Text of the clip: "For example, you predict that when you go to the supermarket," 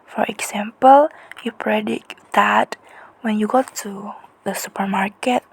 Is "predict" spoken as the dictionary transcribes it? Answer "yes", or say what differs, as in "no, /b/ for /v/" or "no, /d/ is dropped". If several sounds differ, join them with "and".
no, /k/ is dropped